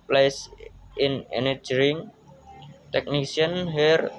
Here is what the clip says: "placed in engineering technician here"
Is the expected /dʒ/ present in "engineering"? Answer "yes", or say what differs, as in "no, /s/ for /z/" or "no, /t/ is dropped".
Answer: no, /dʒ/ is dropped